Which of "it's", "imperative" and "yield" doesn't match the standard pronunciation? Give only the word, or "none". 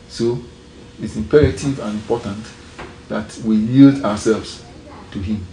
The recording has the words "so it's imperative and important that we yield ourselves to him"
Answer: none